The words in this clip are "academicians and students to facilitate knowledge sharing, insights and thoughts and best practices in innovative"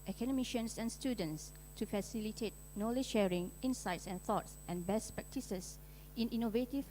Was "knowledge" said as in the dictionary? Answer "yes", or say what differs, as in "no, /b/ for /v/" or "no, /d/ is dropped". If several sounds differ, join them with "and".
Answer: no, /ʃ/ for /dʒ/